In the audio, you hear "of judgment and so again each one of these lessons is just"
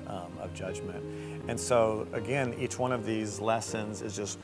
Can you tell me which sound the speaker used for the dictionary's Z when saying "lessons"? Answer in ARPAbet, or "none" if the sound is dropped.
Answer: Z